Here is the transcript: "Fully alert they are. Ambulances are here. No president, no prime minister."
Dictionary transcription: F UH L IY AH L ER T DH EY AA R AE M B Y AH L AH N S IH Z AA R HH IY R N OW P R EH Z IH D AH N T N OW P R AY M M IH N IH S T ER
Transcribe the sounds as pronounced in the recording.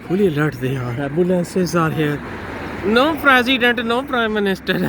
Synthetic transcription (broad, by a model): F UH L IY AH L ER T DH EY AA R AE B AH L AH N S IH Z AA R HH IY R N OW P R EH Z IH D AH N T N OW P R AY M M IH N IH S T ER